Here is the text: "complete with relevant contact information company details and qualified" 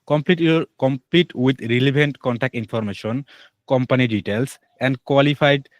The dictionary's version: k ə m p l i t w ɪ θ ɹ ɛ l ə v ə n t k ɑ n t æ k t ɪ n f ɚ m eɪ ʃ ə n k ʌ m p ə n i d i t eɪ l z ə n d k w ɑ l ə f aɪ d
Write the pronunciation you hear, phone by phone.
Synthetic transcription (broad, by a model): k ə m p l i t w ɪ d ɹ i l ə b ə n t k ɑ n t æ k t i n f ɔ m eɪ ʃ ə n k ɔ m p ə n i d i t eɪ l s ə n d k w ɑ l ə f aɪ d